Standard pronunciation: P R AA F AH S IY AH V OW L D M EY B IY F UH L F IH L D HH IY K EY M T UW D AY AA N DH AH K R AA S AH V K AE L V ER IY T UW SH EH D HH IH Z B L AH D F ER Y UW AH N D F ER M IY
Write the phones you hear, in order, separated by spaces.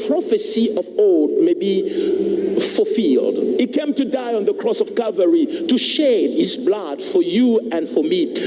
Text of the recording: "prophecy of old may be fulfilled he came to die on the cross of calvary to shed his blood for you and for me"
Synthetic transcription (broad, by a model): P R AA F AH S IY AH V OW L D M EY B IY F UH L F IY L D HH IY K EY M T UW D AY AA N DH AH K R AA S AH V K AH V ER IY T UW SH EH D HH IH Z B L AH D F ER Y UW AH N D F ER M IY